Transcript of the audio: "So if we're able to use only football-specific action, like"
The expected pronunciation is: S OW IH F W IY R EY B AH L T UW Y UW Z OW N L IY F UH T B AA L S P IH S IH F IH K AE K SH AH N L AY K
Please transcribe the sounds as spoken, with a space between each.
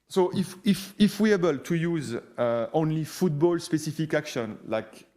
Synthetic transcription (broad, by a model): S OW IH F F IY W EY B AH L T UW Y UW Z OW N L IY F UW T B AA L S P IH S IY F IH K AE K SH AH N L AY K